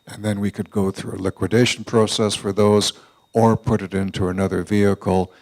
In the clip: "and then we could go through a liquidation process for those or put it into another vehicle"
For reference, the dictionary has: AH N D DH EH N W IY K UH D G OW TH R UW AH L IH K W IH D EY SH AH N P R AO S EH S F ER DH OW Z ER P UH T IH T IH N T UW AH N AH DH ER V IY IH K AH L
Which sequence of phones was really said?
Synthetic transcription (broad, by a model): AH N DH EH N W IY K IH D G OW TH R UW AH L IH K W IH D EY SH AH N P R AO S EH S F ER DH OW Z ER P UH T IH T IH N T UW AH N AH DH ER V IY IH K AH L